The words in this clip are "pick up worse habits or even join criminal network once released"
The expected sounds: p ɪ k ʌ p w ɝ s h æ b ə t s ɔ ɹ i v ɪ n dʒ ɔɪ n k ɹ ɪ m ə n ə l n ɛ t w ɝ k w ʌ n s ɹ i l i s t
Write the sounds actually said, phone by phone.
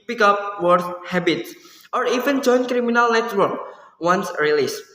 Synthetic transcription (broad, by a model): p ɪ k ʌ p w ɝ θ h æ b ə t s ɔ ɹ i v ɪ n dʒ ɔɪ n k ɹ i m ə n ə l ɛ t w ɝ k w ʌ n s ɹ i l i s